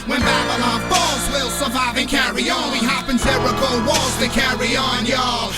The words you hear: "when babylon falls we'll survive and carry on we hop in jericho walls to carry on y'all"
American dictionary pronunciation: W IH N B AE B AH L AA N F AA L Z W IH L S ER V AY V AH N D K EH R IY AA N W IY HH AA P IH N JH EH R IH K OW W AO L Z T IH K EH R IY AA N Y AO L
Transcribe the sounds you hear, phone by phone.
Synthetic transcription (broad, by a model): W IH N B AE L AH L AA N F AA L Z W IH L S ER V AY V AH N K EH R IY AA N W IY HH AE P IH N Z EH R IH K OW W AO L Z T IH K EH R IY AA N Y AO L